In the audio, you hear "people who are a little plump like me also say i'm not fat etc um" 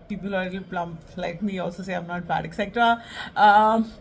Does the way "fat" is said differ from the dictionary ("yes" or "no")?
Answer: yes